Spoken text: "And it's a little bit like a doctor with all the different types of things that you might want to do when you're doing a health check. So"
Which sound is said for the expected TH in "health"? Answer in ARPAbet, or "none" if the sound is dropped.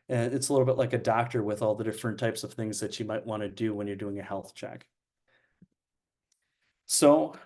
TH